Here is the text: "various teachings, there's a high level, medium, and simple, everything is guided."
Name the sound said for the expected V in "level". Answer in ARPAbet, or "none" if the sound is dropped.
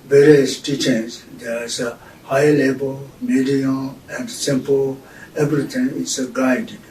B